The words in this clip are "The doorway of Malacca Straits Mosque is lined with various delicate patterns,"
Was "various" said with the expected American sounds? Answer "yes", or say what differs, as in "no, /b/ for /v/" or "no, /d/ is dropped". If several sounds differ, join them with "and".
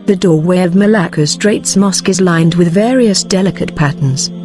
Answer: yes